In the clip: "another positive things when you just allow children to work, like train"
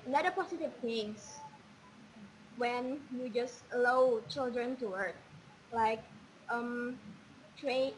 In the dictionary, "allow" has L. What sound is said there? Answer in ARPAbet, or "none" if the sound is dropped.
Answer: none